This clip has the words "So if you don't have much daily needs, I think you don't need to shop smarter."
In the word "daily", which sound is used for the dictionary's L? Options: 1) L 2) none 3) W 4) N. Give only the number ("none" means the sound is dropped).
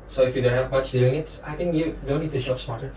2